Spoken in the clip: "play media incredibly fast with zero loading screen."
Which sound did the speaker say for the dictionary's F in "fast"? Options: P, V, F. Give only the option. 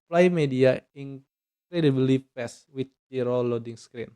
P